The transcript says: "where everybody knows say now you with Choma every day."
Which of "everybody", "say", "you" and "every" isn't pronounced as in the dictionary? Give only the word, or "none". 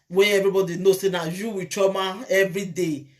none